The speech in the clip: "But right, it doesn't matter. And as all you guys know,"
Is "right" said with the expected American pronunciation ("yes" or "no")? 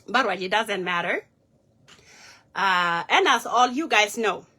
no